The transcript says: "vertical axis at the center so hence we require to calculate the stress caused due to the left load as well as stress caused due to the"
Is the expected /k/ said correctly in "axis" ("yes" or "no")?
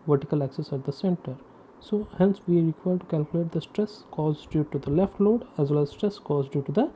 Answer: yes